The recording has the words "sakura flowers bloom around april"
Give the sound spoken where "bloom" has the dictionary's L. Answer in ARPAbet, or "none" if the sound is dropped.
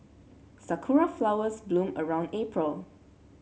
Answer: L